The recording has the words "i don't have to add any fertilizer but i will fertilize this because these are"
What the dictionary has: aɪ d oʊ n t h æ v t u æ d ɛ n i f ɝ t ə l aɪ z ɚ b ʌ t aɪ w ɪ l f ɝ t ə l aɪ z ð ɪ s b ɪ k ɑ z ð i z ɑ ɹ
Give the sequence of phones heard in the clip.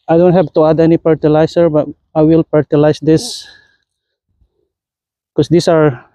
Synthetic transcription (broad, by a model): aɪ d oʊ n t h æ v t u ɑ d ɛ n i p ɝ t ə l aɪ s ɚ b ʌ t aɪ w ɪ l p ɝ t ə l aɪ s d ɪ s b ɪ k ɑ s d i s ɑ ɹ